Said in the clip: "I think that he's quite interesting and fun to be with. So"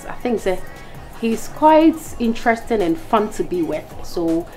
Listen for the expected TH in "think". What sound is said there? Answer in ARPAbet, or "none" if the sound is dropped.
TH